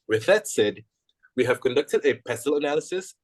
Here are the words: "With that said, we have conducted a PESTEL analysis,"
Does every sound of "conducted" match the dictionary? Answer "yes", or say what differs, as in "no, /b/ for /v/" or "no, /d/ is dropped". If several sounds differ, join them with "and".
yes